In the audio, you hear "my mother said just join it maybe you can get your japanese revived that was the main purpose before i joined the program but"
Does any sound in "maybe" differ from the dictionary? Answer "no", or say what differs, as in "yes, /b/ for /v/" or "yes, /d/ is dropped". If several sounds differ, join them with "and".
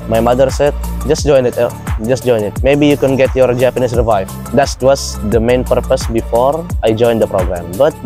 no